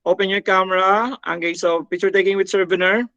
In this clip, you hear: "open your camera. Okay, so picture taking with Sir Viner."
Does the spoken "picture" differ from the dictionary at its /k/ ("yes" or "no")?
yes